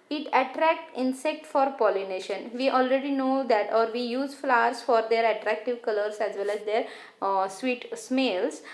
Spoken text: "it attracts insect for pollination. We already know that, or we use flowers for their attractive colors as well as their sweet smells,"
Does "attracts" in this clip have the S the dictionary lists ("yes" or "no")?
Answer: no